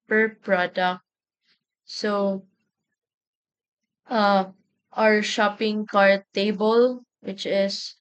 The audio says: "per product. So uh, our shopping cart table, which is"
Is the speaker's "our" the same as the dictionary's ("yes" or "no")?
yes